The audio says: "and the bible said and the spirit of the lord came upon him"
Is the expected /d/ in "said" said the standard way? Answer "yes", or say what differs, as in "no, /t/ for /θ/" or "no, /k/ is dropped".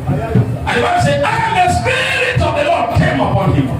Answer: no, /d/ is dropped